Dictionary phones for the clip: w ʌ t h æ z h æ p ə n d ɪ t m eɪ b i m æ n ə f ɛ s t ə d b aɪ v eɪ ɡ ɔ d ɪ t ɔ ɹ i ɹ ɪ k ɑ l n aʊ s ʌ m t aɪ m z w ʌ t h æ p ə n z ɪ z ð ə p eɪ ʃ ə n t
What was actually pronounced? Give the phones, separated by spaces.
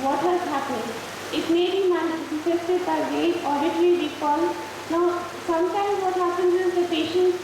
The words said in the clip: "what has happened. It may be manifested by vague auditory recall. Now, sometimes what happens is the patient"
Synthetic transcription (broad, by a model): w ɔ t h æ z h æ p ə n d ɪ t m eɪ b i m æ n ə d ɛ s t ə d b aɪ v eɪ ɔ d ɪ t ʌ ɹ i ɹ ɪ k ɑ l n aʊ s ʌ m t aɪ m z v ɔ t h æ p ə n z ɪ z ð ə p eɪ ʃ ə n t